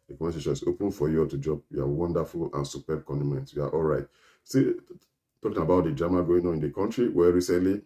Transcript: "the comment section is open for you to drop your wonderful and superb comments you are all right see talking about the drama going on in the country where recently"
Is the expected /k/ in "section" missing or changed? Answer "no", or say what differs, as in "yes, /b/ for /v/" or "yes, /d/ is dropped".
yes, /k/ is dropped